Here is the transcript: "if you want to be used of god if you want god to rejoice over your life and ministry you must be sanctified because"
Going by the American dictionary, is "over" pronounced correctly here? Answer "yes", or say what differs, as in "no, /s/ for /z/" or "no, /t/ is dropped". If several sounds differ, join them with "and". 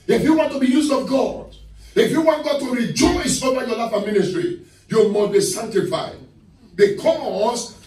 no, /v/ is dropped